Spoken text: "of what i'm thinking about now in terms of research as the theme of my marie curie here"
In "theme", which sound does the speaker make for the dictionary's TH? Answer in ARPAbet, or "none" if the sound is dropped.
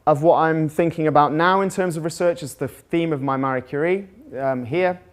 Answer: TH